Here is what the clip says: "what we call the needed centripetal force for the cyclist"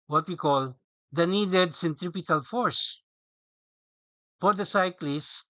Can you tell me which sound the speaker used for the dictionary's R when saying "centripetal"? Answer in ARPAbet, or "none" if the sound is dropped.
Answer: R